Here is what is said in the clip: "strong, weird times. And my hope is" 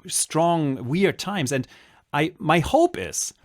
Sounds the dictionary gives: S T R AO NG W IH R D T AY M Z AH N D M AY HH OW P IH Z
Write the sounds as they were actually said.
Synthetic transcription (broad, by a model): S T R AO NG W IH R D T AY M Z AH N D M AY HH OW P IH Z